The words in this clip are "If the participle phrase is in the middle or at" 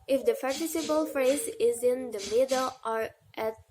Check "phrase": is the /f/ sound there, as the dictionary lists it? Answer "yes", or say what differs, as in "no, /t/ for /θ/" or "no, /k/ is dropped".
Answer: yes